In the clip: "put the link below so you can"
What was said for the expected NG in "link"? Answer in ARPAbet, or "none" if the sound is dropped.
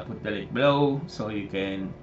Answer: none